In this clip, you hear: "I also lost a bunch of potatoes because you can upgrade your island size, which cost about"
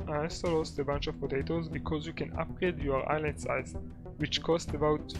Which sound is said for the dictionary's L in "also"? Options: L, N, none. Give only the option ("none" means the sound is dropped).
none